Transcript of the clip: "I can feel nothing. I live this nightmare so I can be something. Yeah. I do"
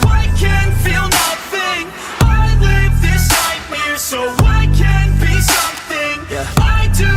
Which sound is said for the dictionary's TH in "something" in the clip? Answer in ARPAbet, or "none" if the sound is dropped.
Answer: TH